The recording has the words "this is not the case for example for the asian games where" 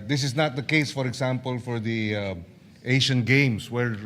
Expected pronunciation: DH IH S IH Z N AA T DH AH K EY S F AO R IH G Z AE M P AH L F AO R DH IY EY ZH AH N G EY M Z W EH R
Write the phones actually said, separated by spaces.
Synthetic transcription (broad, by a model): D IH S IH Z N AA T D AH K EY S F AO R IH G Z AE M P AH L F AO R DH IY EY SH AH N G EY M S W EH R